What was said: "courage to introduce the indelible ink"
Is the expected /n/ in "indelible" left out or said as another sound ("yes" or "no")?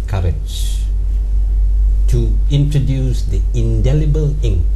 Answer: no